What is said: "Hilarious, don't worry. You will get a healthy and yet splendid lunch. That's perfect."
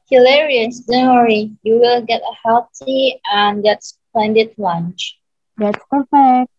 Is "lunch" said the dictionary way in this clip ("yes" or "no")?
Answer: yes